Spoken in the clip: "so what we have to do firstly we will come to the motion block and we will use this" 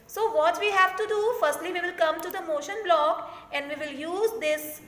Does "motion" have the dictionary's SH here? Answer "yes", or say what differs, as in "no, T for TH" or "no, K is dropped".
yes